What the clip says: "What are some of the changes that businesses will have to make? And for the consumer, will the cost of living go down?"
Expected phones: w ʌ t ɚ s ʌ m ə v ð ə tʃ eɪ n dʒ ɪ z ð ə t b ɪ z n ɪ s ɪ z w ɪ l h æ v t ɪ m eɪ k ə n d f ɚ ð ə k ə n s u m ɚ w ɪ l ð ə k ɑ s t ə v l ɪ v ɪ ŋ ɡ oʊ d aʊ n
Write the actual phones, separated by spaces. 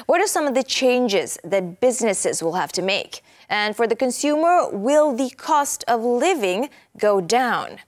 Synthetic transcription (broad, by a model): w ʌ t ɚ s ʌ m ə v ð ə tʃ eɪ n dʒ ɪ z ð ə t b ɪ z n ɪ s ɪ z w ɪ l h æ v t ɪ m eɪ k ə n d f ɚ ð ə k ə n s u m ɚ w ɪ l ð ə k ɑ s t ə v l ɪ v ɪ ŋ ɡ oʊ d aʊ n